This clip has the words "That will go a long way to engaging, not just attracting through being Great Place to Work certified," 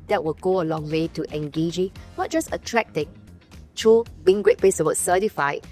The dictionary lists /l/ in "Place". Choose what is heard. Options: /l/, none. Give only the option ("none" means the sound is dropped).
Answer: none